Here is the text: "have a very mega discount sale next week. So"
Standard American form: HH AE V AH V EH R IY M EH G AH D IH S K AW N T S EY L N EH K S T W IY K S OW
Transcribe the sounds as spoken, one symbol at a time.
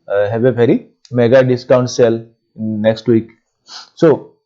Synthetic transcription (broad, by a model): HH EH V AH P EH R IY M EH G AH D IH S K AW N T S EY L N EH K S T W IY K S OW